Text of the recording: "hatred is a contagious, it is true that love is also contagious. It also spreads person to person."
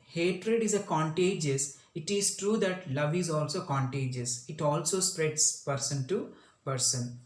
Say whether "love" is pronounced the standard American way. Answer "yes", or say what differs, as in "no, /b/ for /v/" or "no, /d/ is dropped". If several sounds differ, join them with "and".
yes